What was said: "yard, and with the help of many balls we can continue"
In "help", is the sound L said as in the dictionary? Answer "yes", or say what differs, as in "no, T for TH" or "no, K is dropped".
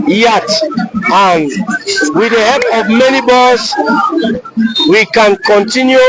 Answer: no, L is dropped